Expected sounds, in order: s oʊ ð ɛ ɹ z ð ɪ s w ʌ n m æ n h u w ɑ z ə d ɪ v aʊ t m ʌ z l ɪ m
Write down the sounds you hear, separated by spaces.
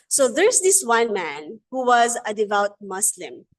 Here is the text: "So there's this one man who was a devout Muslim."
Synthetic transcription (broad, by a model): s oʊ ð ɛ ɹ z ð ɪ s w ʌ n m æ n h u w ɑ z ə d ɪ v aʊ t m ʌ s l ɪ m